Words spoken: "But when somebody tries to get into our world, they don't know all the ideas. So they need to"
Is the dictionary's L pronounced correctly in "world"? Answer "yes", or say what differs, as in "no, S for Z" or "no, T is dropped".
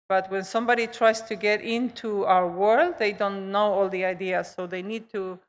yes